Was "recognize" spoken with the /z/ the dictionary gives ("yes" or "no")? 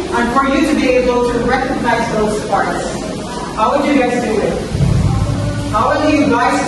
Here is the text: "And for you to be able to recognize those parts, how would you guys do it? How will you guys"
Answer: yes